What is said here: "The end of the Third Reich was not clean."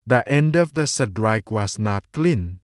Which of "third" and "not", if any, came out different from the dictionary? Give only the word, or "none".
third